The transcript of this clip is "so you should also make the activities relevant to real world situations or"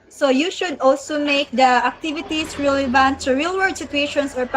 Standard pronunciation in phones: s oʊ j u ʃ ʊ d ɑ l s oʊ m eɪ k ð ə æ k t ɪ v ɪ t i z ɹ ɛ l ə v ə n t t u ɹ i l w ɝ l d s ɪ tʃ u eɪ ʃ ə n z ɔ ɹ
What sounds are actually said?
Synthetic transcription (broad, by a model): s oʊ j u ʃ ʊ d ɑ l s oʊ m eɪ k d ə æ k t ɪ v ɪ t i s ɹ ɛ l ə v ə n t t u ɹ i l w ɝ d s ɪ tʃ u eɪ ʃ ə n s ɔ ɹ